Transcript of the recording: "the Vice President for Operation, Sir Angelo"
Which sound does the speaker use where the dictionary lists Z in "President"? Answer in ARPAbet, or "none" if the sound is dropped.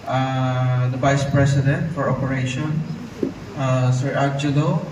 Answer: S